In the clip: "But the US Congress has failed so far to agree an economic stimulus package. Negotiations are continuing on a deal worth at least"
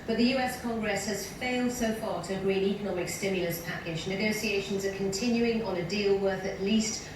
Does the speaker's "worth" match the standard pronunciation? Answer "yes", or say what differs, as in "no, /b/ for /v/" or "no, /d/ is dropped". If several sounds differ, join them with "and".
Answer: yes